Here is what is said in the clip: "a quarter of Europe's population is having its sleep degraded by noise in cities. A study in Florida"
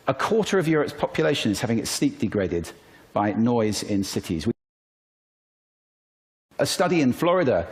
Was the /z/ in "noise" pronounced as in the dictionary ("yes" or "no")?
yes